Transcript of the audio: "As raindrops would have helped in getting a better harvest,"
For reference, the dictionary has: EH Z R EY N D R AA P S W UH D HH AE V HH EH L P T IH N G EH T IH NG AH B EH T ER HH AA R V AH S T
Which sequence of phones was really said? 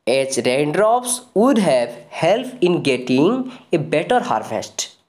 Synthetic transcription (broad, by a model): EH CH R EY N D R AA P S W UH D HH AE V HH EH L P IH N G EH T IH NG AH B EH T ER HH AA R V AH S T